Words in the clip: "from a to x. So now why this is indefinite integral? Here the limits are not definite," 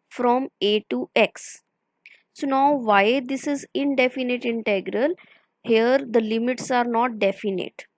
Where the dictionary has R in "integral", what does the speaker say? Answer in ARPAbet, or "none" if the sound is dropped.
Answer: R